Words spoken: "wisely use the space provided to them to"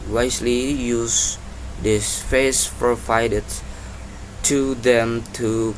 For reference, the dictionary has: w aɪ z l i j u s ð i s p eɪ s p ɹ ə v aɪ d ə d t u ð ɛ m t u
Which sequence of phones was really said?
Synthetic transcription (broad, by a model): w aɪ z l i j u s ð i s f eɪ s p ɹ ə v aɪ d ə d t u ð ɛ m t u